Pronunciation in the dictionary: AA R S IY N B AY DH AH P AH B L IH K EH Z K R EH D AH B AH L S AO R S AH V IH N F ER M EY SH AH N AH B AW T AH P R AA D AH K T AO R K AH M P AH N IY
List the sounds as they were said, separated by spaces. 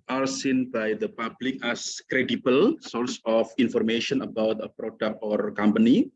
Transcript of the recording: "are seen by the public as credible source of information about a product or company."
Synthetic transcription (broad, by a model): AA R S IY N B AY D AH P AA B L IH K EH S K R EH D AH B AH L S AO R S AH F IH N F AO M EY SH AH N AH B AW T AH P R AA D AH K AO R K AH M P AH N IY